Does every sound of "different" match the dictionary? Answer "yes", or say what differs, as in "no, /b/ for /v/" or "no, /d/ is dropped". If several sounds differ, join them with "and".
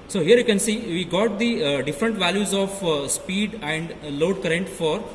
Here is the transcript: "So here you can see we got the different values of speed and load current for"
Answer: yes